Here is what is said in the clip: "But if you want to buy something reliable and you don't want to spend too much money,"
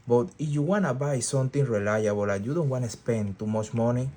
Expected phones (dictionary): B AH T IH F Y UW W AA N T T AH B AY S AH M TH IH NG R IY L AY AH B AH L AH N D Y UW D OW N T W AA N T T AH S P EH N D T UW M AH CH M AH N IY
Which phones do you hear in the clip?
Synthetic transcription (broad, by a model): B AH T IH F Y UW W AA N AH B AY S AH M T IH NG R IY L AY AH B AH L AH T Y UW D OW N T W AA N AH S P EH N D T UW M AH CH M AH N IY